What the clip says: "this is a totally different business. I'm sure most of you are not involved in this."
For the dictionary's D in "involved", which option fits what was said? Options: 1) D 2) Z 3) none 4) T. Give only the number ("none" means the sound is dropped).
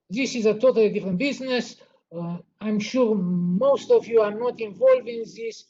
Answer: 3